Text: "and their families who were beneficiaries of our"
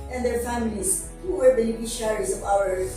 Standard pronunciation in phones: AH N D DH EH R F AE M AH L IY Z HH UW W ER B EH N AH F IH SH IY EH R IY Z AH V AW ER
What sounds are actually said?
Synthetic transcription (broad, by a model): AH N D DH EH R F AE M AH L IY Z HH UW W ER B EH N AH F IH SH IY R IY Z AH P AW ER